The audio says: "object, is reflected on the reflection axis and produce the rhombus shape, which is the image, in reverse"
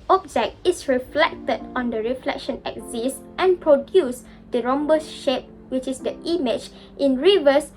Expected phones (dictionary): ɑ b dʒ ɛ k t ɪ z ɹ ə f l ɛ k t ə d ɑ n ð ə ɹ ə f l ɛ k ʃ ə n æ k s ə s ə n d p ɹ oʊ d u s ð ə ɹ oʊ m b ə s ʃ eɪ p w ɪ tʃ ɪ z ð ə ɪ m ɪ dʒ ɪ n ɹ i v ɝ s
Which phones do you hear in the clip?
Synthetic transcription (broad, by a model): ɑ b dʒ ɛ k t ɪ s ɹ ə f l ɛ k t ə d ɑ n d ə ɹ ə f l ɛ k ʃ ə n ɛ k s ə s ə n p ɹ oʊ d u s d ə ɹ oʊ m b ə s ʃ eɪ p w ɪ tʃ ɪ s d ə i m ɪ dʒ ɪ n ɹ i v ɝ s